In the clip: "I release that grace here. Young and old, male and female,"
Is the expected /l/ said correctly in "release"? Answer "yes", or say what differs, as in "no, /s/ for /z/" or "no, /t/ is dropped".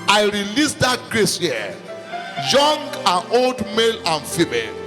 yes